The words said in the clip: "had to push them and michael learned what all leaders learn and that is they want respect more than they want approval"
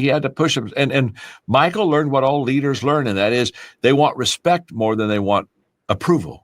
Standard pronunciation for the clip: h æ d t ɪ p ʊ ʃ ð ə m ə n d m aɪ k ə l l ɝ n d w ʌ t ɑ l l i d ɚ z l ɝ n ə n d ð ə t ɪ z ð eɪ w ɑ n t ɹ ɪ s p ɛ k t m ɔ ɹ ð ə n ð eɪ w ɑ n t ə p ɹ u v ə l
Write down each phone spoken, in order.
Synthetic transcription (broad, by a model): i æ d t ɪ p ʊ ʃ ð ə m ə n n m aɪ k l l ɝ n d w ʌ t ɑ l l i d ɚ z l ɝ n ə n ð ə t ɪ z ð eɪ w ɑ n t ɹ ɪ s p ɛ k t m ɔ ɹ ð ə n ð eɪ w ɑ n t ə p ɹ u v l